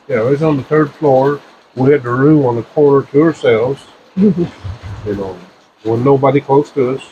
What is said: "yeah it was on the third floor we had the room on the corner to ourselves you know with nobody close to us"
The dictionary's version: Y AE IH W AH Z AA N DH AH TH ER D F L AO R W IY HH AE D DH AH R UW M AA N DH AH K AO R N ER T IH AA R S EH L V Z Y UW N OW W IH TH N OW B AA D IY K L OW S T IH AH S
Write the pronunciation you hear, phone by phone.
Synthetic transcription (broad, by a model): Y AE IH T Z N DH AH TH ER D F L AO R W IY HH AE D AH R UW M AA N DH AH K AO R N ER T IH AA R S EH L V Z Y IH N OW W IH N N OW B AA D IY K L OW S T IH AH S